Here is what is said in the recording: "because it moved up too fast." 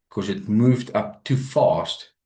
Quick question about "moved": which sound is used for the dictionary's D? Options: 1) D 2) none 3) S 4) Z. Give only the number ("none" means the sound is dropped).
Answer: 1